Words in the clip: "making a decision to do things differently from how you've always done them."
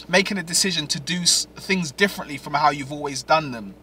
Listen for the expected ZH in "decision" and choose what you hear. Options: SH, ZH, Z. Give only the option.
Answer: ZH